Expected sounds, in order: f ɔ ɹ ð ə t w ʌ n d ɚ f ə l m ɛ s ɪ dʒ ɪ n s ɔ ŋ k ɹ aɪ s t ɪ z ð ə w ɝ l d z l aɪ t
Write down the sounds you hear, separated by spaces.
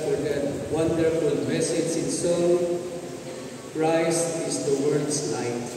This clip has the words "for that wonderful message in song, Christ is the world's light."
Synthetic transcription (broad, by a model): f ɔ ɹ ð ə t w ʌ n d ɚ f ə l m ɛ s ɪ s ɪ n s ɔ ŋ ɹ aɪ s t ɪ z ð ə w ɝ d s l aɪ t